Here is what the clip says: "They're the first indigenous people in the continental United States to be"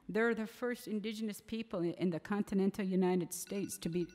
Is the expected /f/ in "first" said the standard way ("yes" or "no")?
yes